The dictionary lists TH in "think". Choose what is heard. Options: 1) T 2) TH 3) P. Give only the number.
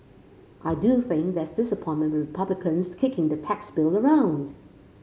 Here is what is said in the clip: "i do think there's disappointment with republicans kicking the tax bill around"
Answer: 2